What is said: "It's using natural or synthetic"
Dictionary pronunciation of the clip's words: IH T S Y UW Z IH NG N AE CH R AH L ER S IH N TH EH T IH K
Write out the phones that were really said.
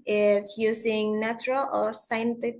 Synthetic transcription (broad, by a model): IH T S Y UW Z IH NG N AE CH R AH L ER S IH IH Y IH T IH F